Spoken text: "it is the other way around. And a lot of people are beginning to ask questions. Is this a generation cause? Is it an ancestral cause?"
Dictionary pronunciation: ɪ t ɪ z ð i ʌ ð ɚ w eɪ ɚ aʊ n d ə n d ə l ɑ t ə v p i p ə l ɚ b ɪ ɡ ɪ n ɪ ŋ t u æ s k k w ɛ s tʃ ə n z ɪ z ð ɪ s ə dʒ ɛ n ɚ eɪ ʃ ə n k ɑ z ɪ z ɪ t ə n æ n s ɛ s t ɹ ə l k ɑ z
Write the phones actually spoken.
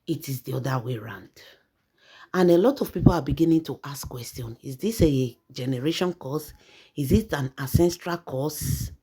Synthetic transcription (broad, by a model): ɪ t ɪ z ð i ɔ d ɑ w eɪ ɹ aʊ n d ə n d ə l ɑ t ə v p i p ə l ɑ b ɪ ɡ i n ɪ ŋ t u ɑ s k k w ɛ s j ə n ɪ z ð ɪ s ə dʒ ɛ n ɚ eɪ ʃ ə n k ɑ s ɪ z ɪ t ə n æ s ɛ s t ɹ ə l k ɑ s